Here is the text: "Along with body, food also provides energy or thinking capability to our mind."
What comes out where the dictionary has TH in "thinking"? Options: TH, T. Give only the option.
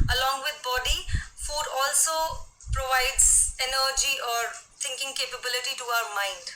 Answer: T